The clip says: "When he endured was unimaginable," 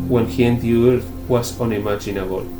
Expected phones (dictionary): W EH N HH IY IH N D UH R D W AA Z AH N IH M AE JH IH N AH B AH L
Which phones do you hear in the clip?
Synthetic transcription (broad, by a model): W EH N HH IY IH N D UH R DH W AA S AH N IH M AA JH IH N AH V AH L